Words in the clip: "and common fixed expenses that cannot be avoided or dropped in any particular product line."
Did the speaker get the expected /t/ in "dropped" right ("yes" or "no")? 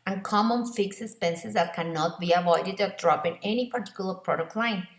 no